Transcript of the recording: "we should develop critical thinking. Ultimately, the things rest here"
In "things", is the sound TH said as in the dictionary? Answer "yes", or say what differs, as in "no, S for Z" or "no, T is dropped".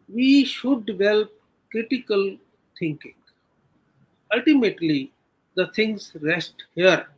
no, T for TH